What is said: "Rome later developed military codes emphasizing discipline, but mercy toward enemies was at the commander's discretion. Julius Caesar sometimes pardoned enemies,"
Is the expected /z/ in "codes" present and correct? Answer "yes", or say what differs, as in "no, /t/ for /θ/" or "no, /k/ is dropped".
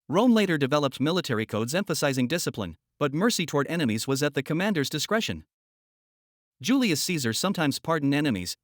yes